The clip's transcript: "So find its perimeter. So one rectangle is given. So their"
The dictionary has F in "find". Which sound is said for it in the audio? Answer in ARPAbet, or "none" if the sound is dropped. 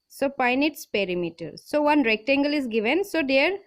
P